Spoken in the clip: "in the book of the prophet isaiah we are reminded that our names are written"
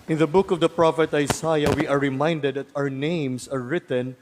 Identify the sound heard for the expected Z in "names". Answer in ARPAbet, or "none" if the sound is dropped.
S